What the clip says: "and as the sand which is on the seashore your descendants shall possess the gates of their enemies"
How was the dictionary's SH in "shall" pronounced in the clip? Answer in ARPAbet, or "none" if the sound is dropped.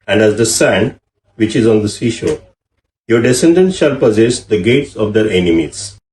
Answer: SH